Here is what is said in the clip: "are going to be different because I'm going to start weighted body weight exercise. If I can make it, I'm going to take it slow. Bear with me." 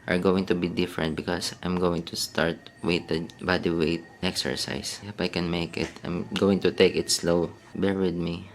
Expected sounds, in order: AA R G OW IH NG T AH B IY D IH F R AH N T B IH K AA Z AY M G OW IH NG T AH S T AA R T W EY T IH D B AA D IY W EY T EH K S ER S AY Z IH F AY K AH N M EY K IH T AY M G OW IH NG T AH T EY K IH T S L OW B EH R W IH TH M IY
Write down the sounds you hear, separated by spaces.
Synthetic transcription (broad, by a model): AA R G OW IH NG T AH B IY D IH F R AH N T B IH K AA S AY M G OW IH NG T AH S T AA R T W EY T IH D B AA D IY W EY T EH K S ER S AY S IH F AY K AH N M EY K IH T AY M G OW IH NG T AH T EY K IH T S L OW B EH R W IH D M IY